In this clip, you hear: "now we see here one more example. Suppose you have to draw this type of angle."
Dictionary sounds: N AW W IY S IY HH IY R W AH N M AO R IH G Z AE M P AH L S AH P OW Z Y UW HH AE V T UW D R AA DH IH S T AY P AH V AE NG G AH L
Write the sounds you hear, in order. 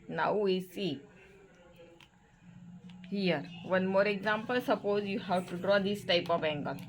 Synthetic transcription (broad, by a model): N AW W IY S IY HH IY R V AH N M AO R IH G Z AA M P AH L S AH P OW Z Y UW HH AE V T UW D R AA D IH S T AY P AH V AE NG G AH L